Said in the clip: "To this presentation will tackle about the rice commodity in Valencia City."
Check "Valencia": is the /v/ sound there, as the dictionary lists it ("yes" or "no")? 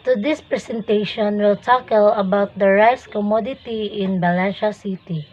no